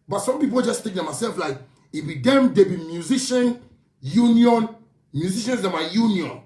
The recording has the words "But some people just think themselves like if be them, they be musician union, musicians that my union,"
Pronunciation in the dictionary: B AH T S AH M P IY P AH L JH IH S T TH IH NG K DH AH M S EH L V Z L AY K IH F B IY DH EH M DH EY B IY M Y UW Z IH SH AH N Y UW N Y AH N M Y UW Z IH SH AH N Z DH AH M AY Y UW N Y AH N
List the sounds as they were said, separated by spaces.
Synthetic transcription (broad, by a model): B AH T S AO M P IY P AH L JH IH S T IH K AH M S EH L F L AY K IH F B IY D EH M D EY B IY M Y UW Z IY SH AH N Y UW N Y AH N M Y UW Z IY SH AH N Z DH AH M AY Y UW N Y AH N